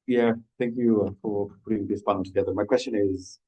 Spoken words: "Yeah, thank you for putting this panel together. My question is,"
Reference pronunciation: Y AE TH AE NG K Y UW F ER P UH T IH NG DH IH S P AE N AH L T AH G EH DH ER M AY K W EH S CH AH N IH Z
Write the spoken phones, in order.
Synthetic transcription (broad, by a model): Y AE TH AE NG K Y UW F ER P UH T IH NG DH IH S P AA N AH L T AH G EH DH ER M AY K W EH S CH AH N IH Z